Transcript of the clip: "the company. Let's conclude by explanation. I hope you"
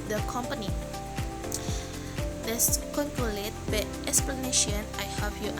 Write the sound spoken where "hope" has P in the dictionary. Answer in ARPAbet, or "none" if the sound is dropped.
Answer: F